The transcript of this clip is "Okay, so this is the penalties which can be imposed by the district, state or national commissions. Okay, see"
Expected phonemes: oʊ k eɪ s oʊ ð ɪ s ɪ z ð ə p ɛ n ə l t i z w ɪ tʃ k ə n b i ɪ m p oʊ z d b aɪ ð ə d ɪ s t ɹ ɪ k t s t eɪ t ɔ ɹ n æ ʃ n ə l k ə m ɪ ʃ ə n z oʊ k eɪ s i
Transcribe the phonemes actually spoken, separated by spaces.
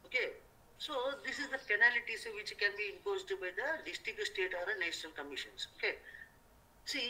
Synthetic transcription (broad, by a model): oʊ k eɪ s oʊ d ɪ s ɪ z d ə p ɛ n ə l t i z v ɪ tʃ k ə n b i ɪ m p oʊ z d b aɪ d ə d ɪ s t ɪ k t s t eɪ t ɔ ɹ n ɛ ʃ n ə l k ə m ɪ ʃ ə n s oʊ k eɪ s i